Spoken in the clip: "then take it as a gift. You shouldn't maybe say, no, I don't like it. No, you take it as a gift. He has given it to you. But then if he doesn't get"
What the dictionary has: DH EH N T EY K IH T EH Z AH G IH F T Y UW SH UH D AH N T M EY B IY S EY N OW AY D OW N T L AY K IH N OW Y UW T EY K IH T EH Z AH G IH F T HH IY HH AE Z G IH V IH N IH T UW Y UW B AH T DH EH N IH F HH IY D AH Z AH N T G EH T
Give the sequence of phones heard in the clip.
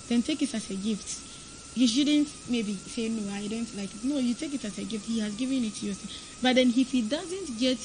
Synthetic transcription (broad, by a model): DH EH N T EY K IH T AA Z AH G IH F T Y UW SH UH D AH N T M EY B IY S EY N OW AY D OW N T L AY K N OW Y UW T EY K IH T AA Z AH G IH F T HH IY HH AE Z G IH V IH N IH T UW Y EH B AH T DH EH N IH F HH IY D AH Z AH N T G EH T